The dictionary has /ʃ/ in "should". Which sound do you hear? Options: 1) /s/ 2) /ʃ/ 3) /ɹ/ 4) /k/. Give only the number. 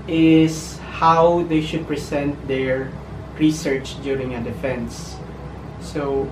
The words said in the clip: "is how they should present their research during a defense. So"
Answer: 2